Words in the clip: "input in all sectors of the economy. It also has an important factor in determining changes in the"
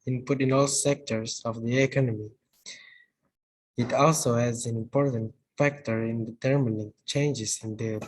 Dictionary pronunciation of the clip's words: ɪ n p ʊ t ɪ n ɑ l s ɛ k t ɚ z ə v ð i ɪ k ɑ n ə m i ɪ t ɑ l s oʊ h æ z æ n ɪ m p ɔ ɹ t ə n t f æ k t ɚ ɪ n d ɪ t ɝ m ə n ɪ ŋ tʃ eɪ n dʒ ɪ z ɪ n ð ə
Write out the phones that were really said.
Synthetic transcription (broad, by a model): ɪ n p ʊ t ɪ n ɑ l s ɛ k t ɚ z ə v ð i ɪ k ɑ n ə m i ɪ t ɑ l s oʊ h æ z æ n ɪ m p ɔ ɹ t ə n t f æ k t ɚ ɪ n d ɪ t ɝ m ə n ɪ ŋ tʃ eɪ n dʒ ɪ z ɪ n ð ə